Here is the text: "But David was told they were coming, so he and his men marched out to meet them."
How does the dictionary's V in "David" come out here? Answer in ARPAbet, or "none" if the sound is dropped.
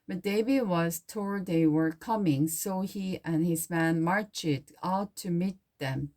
B